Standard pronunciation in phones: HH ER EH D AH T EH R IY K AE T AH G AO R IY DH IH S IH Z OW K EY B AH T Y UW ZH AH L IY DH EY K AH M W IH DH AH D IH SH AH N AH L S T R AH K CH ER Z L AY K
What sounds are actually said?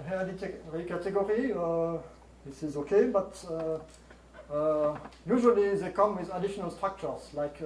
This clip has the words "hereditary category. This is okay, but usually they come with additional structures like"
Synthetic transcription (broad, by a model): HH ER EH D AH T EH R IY K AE T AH G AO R IY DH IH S IH Z OW K EY B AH T Y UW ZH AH L IY DH EY K AH M W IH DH AH D IH SH AH N AH L S T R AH K CH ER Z L AY K